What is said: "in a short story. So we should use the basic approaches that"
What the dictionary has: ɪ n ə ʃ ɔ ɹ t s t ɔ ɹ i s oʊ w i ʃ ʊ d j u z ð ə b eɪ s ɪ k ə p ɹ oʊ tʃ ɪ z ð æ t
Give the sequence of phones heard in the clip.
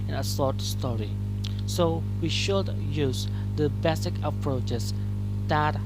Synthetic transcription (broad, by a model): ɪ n ə s ɔ ɹ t s t ɔ ɹ i s oʊ w i ʃ ʊ d j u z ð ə b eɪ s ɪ k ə p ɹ oʊ tʃ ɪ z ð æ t